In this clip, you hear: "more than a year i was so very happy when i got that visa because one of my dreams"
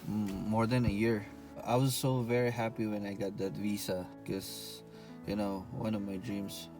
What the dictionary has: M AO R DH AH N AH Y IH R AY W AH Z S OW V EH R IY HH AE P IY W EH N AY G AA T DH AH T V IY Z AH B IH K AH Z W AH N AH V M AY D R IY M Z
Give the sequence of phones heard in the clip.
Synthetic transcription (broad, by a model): M AO R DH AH N AH Y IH R AY W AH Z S OW V EH R IY HH AE P IY W EH N AY G AA T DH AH T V IY S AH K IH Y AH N W AH N AH V M AY D R IY M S